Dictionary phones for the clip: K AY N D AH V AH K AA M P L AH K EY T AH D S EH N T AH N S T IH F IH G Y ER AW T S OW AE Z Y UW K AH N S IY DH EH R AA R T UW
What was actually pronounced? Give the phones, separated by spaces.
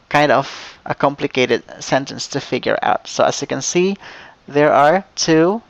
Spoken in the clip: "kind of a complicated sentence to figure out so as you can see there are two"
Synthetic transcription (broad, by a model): K AY N D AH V AH K AA M P L AH K EY T AH D S EH N T AH N S T IH F IH G Y ER AW T S OW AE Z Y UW K AH N S IY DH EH R AA R T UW